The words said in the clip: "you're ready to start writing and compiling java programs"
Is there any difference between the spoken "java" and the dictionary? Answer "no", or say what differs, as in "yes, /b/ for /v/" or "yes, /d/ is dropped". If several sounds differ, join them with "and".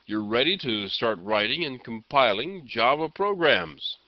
yes, /b/ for /v/